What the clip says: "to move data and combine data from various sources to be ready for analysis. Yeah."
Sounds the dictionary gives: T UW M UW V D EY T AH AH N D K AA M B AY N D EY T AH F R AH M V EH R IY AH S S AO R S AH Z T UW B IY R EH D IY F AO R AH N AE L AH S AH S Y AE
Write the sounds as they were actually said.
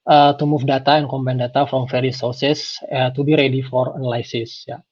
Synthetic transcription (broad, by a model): T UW M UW F D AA T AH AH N K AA M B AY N D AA T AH F R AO M F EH R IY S S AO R S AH S T UW B IY R EH D IY F AO R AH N L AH S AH S Y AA